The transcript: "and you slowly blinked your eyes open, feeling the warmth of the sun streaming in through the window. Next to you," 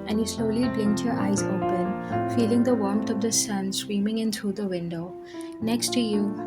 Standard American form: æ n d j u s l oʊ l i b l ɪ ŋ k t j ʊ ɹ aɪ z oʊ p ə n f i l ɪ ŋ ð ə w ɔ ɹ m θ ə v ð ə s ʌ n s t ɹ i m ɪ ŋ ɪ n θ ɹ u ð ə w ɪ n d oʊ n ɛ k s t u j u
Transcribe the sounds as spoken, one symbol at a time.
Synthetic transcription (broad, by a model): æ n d j u s l oʊ l i b l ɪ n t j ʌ ɹ aɪ z oʊ p ə n f i l ɪ ŋ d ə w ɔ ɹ m t ə v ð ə s ʌ n s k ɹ i m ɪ ŋ ɪ n t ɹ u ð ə w ɪ n d oʊ n ɛ k s t u j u